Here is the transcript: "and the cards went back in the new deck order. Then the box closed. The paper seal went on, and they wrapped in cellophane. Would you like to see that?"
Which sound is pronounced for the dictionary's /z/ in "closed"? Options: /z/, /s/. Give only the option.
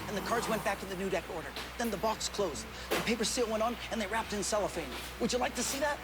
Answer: /z/